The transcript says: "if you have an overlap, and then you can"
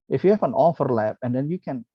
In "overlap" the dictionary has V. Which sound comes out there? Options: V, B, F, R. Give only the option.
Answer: F